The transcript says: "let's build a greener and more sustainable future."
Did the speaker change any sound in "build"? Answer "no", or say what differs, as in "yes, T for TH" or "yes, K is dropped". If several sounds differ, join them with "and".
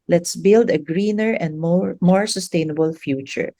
no